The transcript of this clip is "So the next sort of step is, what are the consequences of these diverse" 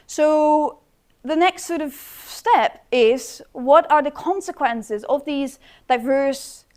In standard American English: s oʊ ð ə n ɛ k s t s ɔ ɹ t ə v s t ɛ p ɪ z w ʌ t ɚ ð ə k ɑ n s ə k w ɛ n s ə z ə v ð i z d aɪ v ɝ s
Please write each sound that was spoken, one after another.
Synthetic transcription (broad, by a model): s oʊ ð ə n ɛ k s t s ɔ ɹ t ə v s t ɛ p ɪ z w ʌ t ɚ ð ə k ɑ n s ə k w ɛ n s ə z ə v ð i z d aɪ v ɝ s